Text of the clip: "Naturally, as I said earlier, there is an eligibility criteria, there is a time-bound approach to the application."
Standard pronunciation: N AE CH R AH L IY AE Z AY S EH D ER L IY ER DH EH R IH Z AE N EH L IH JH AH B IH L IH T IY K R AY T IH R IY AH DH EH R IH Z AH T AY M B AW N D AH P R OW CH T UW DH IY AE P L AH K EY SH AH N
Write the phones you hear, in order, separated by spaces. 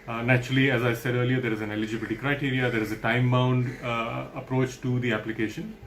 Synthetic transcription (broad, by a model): N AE CH R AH L IY AE Z AY S EH D ER L IY ER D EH R IH Z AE N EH L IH JH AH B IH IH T IY K R AY T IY R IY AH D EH R IH Z AH T AY M B AW N D AH P R OW CH T UW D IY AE P L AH K EY SH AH N